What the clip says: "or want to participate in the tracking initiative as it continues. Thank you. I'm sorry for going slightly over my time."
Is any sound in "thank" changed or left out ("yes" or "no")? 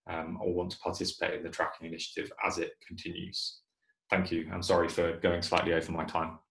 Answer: no